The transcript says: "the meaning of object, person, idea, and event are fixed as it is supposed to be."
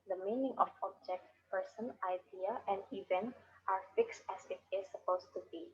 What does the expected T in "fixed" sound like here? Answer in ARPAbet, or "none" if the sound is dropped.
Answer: T